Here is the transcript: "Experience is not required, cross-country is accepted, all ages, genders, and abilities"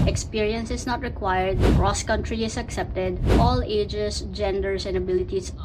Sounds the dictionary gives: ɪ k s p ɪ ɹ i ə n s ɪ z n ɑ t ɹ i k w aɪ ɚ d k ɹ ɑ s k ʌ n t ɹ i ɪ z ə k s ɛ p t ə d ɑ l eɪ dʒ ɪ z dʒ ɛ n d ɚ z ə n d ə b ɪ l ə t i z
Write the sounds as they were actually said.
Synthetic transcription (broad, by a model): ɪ k s p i ɹ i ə n s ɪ s n ɑ t ɹ i k w aɪ ɚ d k ɹ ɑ s k ʌ n t ɹ i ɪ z ə k s ɛ p t ə d ɑ l eɪ dʒ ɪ s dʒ ɛ n d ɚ s ə n d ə b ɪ l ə t i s